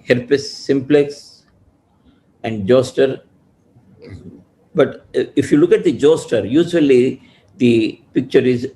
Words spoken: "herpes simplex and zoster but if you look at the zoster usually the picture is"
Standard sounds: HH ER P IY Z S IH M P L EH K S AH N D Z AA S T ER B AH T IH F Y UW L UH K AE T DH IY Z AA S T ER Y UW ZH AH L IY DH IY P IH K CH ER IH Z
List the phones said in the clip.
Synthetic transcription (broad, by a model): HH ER P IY S IH M P L EH K S AH N D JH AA S T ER B AH T IH F Y UW L UH K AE T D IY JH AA S T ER Y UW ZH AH L IY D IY P IH K CH ER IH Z